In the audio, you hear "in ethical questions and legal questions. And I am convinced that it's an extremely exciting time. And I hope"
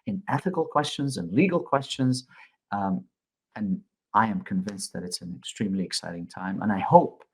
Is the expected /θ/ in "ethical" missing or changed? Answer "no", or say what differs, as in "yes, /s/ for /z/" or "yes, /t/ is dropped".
no